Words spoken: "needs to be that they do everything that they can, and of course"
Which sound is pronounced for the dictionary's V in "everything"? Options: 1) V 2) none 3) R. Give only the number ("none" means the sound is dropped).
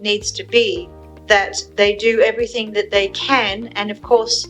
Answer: 1